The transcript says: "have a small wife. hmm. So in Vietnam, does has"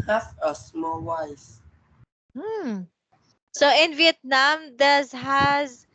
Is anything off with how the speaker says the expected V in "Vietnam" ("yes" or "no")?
no